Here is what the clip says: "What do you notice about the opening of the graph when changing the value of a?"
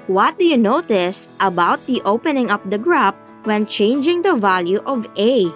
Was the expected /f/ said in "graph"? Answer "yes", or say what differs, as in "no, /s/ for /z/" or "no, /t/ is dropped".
no, /p/ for /f/